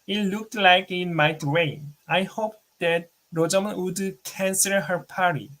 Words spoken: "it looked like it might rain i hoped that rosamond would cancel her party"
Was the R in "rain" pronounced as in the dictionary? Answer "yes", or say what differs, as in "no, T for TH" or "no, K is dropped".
no, W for R